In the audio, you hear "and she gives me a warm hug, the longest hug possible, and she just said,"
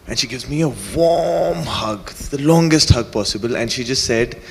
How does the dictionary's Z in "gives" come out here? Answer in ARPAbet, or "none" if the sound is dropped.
Z